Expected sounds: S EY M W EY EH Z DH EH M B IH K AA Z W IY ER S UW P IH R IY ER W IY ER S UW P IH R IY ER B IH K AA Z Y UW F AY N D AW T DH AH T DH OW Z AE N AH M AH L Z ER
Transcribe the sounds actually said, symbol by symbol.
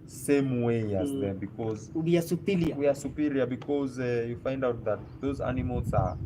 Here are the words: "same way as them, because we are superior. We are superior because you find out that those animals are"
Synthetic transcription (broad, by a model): S EY M W EY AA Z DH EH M B IH K AA Z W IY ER S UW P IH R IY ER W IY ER S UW P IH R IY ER B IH K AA Z Y UW F AY N D AW T DH AH T DH OW Z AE N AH M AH L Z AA